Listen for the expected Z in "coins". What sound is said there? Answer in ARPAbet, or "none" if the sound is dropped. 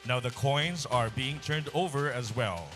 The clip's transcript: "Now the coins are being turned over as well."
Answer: Z